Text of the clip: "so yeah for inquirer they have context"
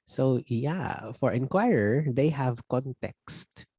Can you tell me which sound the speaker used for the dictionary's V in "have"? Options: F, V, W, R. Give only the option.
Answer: V